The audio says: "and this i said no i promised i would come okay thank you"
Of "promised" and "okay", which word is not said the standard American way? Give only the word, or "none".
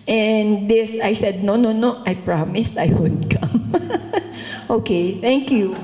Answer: none